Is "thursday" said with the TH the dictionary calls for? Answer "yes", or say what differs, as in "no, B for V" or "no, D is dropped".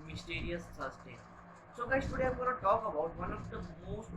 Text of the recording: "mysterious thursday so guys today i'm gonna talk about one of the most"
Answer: no, S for TH